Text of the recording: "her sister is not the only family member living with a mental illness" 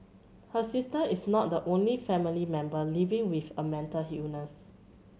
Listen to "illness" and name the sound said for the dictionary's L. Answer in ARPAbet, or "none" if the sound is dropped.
none